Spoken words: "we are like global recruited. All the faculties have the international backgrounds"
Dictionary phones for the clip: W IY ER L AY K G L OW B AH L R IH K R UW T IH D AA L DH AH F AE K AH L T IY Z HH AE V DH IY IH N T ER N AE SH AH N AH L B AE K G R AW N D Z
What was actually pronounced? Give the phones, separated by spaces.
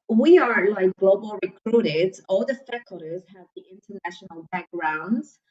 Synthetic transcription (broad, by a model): W IY ER L AY K G L OW B AH L R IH K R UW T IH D AA L DH AH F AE K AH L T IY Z HH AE V DH IY IH N T ER N AE SH AH N AH L B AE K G R AW N D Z